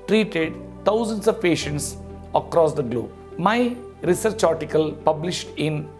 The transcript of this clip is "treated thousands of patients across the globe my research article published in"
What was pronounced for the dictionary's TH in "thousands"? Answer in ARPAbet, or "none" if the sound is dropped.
T